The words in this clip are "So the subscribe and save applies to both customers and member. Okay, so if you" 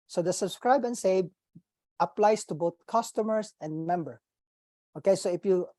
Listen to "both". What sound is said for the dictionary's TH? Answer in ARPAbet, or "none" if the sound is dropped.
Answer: T